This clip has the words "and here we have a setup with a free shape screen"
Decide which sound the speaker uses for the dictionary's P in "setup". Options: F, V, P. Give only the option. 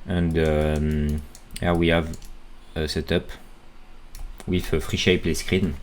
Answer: P